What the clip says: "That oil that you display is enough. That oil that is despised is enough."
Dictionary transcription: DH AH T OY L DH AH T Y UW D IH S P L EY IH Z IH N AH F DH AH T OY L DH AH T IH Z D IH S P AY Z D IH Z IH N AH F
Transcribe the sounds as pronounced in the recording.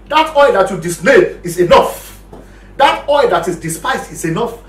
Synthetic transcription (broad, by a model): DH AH T OY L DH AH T Y UW D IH S L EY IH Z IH N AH F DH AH T OY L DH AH T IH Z D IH S P AY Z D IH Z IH N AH F